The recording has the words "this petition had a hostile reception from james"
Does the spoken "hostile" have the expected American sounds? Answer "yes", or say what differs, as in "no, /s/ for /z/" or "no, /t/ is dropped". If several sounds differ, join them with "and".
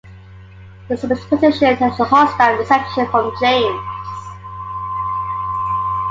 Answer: no, /n/ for /l/